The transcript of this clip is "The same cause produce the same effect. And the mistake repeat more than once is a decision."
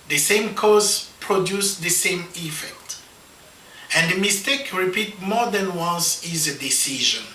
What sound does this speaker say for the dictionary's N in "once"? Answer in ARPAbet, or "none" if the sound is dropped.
N